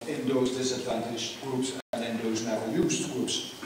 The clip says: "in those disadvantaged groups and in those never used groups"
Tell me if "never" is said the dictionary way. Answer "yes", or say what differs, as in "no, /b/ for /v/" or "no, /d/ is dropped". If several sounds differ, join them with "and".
no, /v/ is dropped